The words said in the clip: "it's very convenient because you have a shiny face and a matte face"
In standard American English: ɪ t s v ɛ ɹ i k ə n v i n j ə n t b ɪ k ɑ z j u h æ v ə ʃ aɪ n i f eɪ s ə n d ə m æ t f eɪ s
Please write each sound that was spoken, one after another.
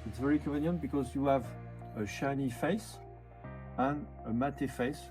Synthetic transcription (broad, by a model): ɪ t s v ɛ ɹ i k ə v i n j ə n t b ɪ k ɑ z j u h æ v ə ʃ aɪ n i f eɪ s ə n ə m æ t f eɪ s